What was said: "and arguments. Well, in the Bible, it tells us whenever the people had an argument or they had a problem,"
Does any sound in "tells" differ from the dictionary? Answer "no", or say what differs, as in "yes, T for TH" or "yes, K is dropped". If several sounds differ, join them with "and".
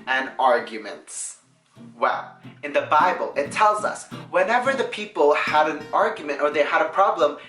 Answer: no